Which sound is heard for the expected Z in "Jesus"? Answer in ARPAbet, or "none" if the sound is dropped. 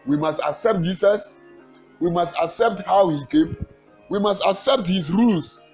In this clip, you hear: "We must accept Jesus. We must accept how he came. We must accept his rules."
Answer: S